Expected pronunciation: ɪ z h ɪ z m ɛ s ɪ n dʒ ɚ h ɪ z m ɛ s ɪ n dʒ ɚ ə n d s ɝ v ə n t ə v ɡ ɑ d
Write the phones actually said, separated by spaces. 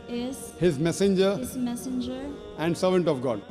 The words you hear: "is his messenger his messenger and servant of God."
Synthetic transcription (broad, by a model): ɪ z h ɪ z m ɛ s ɪ n dʒ ɚ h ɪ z m ɛ s ɪ n dʒ ɚ ə n d s ɝ v ə n t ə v ɡ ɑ d